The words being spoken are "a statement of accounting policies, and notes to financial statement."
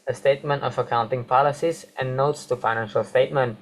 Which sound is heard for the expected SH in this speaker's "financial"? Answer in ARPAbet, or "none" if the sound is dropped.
SH